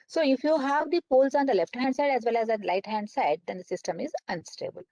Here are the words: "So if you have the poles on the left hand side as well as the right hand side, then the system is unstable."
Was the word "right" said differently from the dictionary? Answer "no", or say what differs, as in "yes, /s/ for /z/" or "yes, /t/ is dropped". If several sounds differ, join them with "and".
yes, /l/ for /ɹ/